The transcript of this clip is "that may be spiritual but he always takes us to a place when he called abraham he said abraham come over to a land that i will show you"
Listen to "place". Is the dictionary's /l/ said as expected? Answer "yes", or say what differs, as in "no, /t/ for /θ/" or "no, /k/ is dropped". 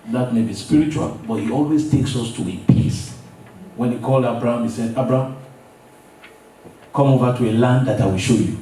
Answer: no, /l/ is dropped